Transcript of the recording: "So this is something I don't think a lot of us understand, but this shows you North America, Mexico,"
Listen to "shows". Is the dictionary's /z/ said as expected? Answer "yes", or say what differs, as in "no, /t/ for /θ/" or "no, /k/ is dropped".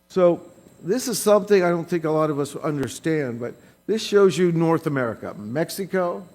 yes